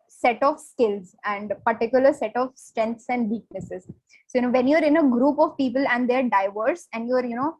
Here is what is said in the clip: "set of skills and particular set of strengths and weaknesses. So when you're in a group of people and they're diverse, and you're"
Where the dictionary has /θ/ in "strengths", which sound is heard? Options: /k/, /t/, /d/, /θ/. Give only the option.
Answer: /t/